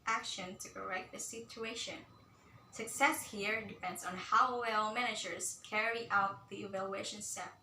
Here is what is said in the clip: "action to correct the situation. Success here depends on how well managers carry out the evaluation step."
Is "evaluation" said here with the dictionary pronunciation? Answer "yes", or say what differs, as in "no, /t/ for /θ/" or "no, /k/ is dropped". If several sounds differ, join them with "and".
yes